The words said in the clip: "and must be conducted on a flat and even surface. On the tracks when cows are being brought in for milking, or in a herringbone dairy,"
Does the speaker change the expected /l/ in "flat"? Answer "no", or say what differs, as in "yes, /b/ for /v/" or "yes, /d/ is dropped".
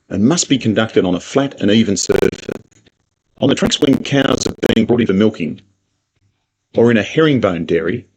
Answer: no